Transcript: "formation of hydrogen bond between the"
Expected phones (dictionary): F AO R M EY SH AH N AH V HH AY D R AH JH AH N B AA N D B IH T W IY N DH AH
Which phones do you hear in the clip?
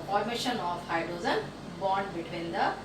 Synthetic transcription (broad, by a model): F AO R M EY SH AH N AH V HH AY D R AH Z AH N B AA N D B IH T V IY N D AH